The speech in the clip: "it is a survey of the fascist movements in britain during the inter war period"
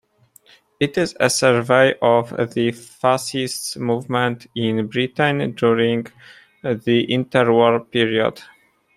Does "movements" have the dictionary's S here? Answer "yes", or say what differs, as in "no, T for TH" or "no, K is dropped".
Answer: no, S is dropped